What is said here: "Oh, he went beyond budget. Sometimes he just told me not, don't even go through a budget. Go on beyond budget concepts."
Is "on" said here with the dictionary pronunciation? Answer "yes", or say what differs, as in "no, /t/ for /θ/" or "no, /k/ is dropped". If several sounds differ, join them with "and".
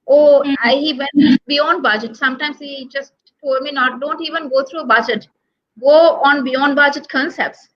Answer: yes